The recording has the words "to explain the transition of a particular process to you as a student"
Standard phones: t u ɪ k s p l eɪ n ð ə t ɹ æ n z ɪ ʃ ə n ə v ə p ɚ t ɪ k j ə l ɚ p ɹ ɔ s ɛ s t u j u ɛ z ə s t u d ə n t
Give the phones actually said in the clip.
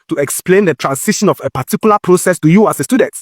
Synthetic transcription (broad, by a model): t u ɪ k s p l eɪ n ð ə t ɹ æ n s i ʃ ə n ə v ə p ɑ t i k j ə l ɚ p ɹ ɔ s ɛ s t u j u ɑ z ə s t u d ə n t